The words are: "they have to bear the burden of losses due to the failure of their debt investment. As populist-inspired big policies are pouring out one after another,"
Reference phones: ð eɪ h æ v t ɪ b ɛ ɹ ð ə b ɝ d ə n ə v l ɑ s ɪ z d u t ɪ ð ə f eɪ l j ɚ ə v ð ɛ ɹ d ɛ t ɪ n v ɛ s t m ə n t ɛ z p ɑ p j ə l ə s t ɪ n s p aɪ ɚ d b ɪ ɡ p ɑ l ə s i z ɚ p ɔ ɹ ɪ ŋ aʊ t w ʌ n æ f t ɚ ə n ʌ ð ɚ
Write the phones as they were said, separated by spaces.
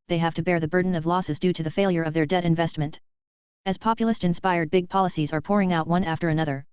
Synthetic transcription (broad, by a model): ð eɪ h æ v t ɪ b ɛ ɹ ð ə b ɝ d n ə v l ɑ s ɪ z d u t ɪ ð ə f eɪ l j ɚ ə v ð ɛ ɹ d ɛ t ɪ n v ɛ s t m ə n t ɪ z p ɑ p j l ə s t ɪ n s p aɪ ɚ d b ɪ ɡ p ɑ l ə s i z ɚ p ɔ ɹ ɪ ŋ aʊ t w ʌ n æ f t ɚ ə n ʌ ð ɚ